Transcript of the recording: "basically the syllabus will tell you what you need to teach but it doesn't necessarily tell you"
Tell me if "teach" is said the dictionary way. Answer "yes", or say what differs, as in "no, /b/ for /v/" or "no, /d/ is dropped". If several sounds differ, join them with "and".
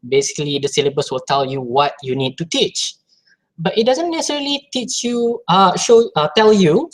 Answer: yes